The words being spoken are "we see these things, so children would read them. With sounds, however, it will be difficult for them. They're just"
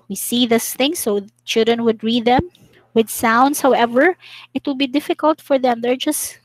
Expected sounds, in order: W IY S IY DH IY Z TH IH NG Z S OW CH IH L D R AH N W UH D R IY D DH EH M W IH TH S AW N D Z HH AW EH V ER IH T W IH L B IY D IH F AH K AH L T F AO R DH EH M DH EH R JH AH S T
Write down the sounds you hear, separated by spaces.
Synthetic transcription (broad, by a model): W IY S IY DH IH S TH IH NG S OW CH IH L D R AH N W UH D R IY D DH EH M W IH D S AW N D S HH AW EH V ER IH T W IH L B IY D IH F AH K AH L T F AO R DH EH M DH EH R JH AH S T